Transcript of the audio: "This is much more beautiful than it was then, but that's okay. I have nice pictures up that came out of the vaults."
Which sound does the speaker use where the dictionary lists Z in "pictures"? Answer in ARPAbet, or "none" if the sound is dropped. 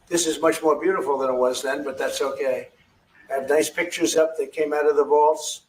Z